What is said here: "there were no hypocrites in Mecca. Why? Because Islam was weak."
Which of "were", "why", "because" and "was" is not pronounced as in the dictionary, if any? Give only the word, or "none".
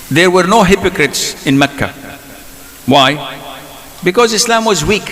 none